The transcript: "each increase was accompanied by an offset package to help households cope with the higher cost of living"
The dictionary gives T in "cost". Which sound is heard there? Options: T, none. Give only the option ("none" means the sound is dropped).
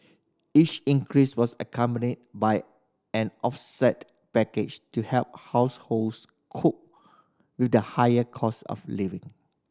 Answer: none